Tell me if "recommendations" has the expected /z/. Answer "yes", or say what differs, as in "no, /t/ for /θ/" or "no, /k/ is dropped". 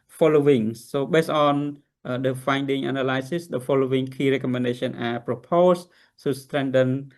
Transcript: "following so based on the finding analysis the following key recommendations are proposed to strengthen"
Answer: no, /z/ is dropped